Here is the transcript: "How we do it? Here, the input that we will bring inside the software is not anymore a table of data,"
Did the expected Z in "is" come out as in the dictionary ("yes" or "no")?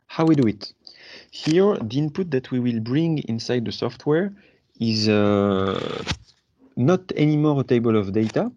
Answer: yes